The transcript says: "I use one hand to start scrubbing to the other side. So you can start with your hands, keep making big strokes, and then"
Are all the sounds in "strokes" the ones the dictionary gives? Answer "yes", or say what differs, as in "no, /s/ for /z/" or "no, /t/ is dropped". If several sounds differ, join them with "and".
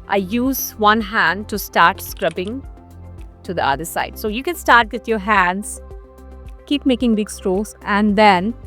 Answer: no, /k/ is dropped